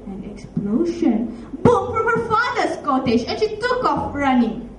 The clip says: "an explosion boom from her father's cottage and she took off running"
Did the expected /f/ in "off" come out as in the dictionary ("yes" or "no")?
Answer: yes